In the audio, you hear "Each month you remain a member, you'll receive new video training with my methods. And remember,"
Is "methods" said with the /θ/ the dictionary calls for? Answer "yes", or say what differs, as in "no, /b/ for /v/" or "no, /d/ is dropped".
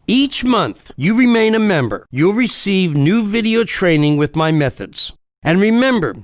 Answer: yes